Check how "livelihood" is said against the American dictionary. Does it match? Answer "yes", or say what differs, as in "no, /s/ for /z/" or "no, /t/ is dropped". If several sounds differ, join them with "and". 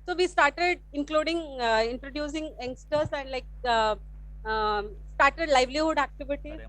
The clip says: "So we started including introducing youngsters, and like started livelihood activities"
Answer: yes